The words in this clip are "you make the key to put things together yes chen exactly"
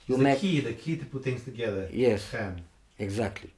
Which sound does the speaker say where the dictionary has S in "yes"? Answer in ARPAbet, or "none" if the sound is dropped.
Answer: S